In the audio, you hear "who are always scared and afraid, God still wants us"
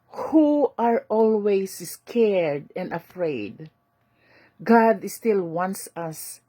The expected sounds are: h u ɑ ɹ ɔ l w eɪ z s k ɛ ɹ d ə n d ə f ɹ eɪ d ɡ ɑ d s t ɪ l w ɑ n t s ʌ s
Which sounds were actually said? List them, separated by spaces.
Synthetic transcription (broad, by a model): h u ɑ ɹ ɔ l w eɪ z s k ɛ ɹ d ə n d ə f ɹ eɪ d ɡ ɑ d s t ɪ l w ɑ n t s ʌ s